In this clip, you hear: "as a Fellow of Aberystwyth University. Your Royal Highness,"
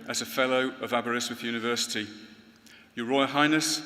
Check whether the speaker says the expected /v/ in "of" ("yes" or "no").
yes